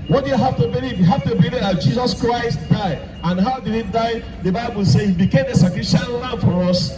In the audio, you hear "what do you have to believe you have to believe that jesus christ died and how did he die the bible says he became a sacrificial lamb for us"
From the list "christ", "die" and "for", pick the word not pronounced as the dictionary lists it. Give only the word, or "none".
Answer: none